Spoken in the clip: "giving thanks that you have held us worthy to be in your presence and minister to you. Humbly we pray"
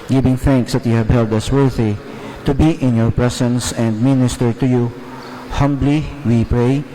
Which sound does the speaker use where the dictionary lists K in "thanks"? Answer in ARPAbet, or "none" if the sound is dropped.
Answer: K